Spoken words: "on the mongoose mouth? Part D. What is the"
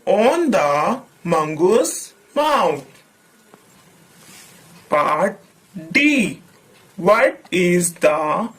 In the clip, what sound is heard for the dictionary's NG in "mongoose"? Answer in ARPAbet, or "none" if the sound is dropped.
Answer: NG